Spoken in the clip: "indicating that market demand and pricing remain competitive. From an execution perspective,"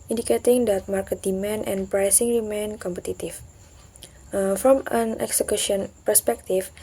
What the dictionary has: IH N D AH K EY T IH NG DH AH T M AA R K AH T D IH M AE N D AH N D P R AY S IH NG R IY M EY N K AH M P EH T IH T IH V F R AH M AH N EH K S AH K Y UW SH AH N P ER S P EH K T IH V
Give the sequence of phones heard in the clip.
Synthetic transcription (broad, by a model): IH N D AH K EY T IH NG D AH T M AA R K AH T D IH M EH N AH N P R AY S IH NG R IY M EY N K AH M P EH T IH T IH F F R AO M AH N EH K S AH K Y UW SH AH N P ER S P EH K T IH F